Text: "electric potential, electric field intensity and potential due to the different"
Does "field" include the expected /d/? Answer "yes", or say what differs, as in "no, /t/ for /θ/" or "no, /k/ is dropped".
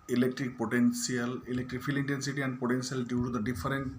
no, /d/ is dropped